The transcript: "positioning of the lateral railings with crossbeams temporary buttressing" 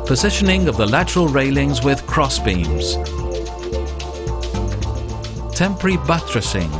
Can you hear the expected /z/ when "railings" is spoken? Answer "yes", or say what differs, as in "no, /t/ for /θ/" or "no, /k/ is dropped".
yes